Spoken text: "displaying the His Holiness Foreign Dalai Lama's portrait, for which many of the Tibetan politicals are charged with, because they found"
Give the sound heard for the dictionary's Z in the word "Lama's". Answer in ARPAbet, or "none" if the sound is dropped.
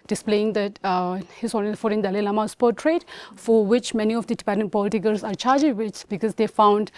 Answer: S